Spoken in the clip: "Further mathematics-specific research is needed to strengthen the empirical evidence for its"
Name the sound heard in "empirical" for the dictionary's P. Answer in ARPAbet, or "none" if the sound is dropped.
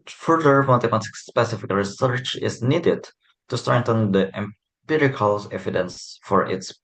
P